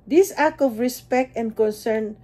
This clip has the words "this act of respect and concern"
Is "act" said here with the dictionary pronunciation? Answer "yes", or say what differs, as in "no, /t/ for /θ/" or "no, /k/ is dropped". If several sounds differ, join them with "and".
no, /t/ is dropped